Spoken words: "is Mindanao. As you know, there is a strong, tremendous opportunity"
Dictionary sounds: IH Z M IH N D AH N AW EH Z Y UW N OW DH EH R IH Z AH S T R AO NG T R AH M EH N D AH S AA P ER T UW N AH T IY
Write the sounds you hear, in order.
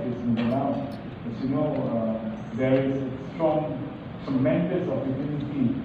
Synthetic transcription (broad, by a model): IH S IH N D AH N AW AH S Y UW N OW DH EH R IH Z S T R AO NG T AH M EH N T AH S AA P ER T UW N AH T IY